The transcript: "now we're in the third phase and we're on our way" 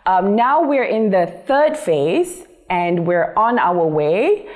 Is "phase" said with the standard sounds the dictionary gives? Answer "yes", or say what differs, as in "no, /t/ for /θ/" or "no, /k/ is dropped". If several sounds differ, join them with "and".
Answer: yes